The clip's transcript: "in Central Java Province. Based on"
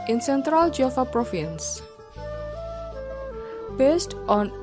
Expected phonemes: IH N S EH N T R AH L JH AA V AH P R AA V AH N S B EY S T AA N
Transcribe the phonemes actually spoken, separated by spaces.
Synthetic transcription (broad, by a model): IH N S EH N T R AH L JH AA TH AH P R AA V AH N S B EY S T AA N